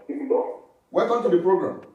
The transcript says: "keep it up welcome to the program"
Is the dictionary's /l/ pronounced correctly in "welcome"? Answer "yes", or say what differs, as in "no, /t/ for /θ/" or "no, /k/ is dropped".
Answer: no, /l/ is dropped